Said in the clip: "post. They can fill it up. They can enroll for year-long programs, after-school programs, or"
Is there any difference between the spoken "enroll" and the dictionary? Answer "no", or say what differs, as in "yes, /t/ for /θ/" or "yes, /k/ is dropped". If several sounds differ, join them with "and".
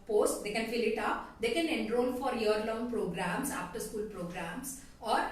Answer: yes, /n/ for /l/